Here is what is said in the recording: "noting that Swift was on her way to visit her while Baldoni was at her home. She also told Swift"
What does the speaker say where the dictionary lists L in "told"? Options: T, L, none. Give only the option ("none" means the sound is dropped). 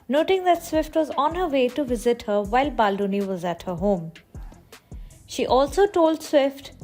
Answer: L